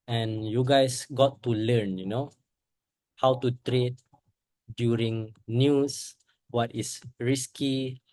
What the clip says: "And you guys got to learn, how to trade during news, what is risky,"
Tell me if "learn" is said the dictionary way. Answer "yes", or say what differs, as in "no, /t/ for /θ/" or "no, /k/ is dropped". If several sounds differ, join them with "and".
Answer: no, /n/ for /l/